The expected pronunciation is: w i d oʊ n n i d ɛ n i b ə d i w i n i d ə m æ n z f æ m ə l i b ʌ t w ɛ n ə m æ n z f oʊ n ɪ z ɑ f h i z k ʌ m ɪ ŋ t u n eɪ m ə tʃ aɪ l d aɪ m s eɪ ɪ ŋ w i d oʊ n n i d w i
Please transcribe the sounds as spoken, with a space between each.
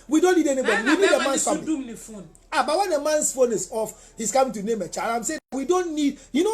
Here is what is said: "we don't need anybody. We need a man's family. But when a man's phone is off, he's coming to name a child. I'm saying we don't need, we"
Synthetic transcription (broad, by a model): w i d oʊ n n i d ɛ n i b ə d i w i n i d ə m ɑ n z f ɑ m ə n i b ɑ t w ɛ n ə m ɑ n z f oʊ n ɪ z ɑ f h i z k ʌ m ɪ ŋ t u n eɪ m ə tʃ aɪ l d aɪ m s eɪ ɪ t w i d oʊ n n i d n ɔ